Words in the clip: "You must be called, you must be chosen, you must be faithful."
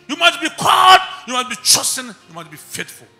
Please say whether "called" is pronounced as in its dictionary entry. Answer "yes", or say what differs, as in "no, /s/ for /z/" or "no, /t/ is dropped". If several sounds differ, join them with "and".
no, /l/ is dropped